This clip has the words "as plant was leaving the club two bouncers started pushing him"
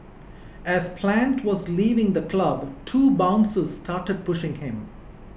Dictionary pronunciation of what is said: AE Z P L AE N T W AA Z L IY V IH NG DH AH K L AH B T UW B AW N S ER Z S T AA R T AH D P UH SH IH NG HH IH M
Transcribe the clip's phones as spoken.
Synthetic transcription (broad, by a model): AE Z P L AE N T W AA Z L IY V IH NG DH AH K L AH B T UW B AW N S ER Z S T AA R T AH D P UH SH IH NG HH IH M